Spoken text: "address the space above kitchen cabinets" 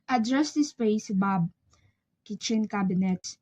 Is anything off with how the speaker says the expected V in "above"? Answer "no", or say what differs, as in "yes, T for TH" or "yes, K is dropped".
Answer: yes, B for V